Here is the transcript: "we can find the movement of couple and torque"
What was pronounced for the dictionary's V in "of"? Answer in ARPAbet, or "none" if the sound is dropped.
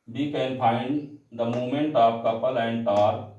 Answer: P